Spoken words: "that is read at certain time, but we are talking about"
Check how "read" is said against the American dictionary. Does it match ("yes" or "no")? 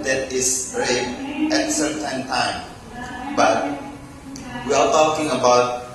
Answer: no